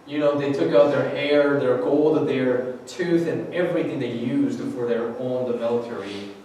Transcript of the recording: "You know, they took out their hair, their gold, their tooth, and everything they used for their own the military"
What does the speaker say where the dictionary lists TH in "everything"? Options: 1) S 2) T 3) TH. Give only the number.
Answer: 3